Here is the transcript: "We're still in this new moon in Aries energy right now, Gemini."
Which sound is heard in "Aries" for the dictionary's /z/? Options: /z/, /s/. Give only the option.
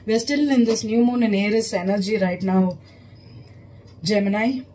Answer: /s/